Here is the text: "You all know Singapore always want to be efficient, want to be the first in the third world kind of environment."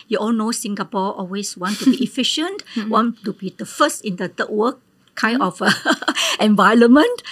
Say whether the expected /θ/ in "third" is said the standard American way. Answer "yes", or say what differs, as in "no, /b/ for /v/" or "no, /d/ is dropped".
no, /t/ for /θ/